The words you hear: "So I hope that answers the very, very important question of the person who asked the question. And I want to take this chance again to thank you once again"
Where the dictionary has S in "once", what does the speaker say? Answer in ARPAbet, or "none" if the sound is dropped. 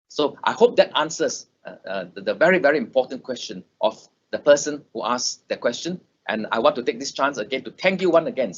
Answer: none